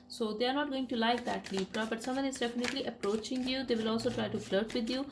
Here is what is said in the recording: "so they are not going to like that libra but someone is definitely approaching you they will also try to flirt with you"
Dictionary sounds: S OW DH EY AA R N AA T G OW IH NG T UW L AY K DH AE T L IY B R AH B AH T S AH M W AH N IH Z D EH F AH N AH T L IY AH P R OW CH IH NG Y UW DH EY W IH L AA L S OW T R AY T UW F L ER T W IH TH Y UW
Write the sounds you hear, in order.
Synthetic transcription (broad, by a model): S OW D EY AA R N AA T G OW IH NG T UW L AY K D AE T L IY R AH B AH T S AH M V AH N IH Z D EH F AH N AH T L IY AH P R OW CH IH NG Y UW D EY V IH L AA L S OW T R AY T UW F L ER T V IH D Y UW